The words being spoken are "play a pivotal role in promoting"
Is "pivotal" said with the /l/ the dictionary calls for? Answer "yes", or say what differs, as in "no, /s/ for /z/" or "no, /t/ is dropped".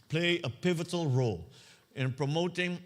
yes